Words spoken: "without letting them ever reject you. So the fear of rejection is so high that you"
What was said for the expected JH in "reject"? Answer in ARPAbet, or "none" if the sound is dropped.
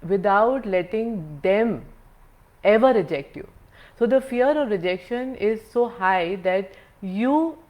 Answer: JH